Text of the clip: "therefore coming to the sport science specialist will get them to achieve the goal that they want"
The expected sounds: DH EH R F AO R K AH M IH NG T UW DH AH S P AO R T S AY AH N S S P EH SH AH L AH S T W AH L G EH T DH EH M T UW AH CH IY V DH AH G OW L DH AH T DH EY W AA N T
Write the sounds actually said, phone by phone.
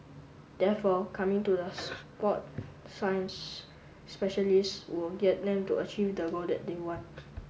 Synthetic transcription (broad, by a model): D EH F AO K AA M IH NG T UW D AH S P AO T S AY AH N S S P EH SH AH L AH S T W AH L G EH T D EH M T UW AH CH IY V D AH G OW L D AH T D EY W AA N T